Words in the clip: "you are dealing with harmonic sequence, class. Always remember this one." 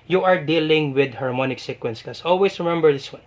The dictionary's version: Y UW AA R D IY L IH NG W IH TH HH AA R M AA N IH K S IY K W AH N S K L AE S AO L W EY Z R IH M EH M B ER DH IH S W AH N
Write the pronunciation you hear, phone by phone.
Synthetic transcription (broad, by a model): Y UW AA R D IY L IH NG W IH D HH AA R M AA N IH K S IY K W AH N S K AA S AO L W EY S R IH M EH M B ER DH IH S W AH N